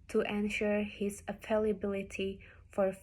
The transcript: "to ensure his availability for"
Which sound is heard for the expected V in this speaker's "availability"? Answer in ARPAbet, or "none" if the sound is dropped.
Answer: F